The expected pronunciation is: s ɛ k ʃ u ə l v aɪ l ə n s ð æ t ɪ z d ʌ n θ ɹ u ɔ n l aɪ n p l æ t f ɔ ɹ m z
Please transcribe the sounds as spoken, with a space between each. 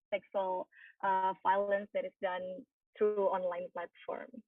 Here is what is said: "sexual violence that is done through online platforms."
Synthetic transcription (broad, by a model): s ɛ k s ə l f aɪ l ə n s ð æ t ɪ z d ʌ n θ ɹ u ɔ n l aɪ n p l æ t f ɔ ɹ m